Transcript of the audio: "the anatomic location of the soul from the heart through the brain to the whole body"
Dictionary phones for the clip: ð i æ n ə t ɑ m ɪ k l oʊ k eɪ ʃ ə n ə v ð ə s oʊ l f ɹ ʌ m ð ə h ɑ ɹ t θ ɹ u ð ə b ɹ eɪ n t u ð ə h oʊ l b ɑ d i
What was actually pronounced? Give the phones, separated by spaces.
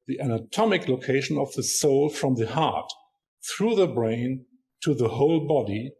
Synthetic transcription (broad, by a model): ð i æ n ə t ɑ m ɪ k l oʊ k eɪ ʃ ə n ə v ð ə s oʊ l f ɹ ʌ m ð ə h ɑ ɹ t θ ɹ u ð ə b ɹ eɪ n t u ð ə h oʊ l b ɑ d i